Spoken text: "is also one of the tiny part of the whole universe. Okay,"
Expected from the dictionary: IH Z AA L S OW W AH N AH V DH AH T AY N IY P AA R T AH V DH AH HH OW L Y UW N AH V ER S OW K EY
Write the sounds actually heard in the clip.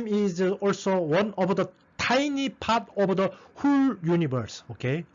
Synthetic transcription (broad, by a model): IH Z AA L S OW W AH N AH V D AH T AY N IY P AA R T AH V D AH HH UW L Y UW N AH B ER S OW K EY